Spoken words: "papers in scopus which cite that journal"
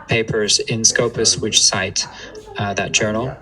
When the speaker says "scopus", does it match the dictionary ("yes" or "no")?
yes